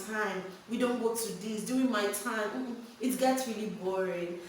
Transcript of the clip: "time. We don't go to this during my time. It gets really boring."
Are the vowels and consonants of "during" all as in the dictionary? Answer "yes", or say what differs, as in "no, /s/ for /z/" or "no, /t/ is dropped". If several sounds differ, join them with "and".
no, /ɹ/ is dropped